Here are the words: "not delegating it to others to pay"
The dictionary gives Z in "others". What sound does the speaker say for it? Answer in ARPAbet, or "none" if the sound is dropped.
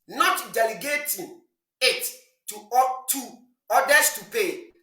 S